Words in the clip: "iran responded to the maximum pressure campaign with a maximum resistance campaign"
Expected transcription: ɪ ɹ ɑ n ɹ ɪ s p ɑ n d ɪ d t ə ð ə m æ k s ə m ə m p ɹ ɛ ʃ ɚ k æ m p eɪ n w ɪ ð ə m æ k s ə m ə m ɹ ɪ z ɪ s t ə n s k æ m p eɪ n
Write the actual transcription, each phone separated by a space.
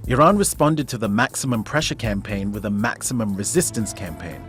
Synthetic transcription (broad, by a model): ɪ ɹ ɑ n ɹ ɪ s p ɑ n d ɪ d t ə ð ə m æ k s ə m ə m p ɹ ɛ ʃ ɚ k æ m p eɪ n w ɪ ð ə m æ k s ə m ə m ɹ ɪ z ɪ s t ə n s k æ m p eɪ n